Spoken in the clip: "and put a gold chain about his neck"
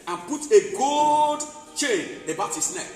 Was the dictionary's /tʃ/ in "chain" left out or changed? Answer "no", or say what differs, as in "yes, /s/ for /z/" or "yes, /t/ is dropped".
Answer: no